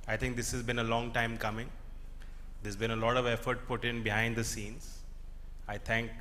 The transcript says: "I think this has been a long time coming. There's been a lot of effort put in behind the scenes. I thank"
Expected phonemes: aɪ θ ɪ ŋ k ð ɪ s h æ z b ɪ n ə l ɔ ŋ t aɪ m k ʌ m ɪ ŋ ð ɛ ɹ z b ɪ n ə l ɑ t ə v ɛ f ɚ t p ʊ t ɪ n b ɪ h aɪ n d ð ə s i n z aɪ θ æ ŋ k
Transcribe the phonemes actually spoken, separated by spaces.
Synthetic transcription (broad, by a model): aɪ t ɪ ŋ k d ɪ s h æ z b ɪ n ə l ɔ ŋ t aɪ m k ʌ m ɪ ŋ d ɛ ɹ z b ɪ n ə l ɑ t ə v ɛ f ɚ t p ʊ t ɪ n b ɪ h aɪ n d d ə s i n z aɪ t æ ŋ k